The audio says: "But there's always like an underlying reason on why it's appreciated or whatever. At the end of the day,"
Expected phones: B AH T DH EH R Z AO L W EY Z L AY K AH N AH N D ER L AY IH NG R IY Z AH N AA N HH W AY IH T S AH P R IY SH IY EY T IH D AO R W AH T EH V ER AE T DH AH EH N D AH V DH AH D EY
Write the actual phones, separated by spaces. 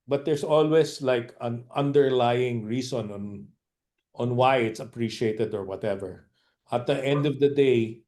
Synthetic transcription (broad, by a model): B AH T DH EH R S AO L W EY S L AY K AH N AH N D ER L AY IH NG R IY S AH N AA N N W AY IH T S AH P R IY SH IY EY T IH D AO R W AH T EH V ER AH T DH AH EH N D AH V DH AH D EY